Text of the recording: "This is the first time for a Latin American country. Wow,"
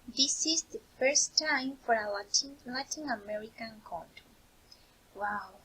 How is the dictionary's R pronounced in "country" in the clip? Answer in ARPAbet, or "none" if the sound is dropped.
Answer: W